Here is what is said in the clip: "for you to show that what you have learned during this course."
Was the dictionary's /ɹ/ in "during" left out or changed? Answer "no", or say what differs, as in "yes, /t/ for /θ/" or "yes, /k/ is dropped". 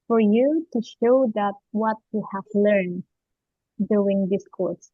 yes, /ɹ/ is dropped